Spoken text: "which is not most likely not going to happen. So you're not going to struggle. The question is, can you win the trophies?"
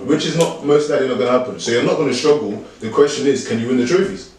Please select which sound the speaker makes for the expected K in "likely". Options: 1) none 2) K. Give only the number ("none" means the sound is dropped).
1